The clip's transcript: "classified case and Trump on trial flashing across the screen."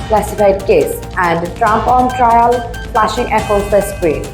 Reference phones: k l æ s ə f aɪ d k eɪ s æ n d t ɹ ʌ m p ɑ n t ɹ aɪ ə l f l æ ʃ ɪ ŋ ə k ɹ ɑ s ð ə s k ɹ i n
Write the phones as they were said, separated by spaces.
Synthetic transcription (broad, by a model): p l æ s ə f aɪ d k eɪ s æ n d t ɹ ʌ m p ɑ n t ɹ aɪ ə l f l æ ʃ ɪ ŋ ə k ɑ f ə s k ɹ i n